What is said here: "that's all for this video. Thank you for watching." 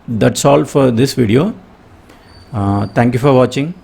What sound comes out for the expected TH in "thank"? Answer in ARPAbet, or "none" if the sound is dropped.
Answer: T